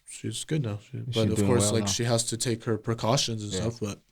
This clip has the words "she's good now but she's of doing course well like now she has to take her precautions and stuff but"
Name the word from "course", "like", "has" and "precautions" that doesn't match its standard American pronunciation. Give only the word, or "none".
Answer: none